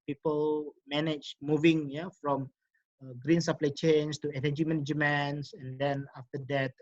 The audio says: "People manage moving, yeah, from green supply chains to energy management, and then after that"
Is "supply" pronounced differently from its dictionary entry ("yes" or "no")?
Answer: no